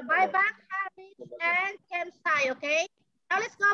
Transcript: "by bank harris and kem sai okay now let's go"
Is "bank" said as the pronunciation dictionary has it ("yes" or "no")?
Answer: no